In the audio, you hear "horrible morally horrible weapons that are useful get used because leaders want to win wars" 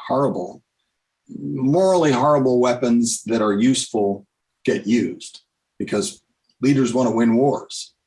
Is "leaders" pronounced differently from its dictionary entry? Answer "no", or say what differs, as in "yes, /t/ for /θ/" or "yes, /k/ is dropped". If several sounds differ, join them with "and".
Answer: no